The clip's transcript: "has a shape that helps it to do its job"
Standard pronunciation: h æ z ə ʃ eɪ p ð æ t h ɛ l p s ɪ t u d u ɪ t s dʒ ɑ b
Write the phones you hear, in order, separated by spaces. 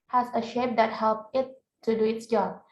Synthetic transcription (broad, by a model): h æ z ə ʃ eɪ p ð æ t h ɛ l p ɪ t u d u ɪ t s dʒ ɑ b